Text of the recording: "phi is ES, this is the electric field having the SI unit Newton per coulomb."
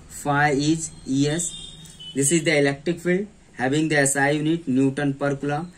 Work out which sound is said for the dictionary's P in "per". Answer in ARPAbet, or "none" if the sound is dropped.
P